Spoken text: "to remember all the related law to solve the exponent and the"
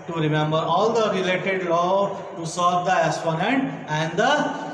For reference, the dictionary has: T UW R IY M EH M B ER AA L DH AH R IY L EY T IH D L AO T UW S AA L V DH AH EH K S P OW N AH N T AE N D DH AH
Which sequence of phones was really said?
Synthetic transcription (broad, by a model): T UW R IY M EH M B ER AA L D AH R IY L EY T IH D L AO T UW S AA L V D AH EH S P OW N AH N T AE N D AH